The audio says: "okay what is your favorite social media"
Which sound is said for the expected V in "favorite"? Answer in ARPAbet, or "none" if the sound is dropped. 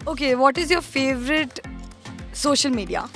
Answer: V